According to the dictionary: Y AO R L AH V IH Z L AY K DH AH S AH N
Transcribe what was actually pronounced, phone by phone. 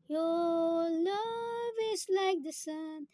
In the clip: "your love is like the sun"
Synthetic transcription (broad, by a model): Y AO L AH V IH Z L AY K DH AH S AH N